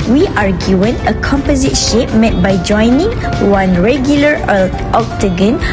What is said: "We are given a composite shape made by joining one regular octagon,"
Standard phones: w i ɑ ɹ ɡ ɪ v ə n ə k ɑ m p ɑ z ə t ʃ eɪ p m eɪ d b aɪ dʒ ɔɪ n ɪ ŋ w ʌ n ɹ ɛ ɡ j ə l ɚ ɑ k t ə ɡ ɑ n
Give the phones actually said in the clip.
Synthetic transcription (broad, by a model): w i ɑ ɹ ɡ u ə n ə k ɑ m p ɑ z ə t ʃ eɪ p m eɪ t b aɪ dʒ ɔɪ n ɪ ŋ w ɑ n ɹ ɛ ɡ j ə l ɚ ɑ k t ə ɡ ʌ n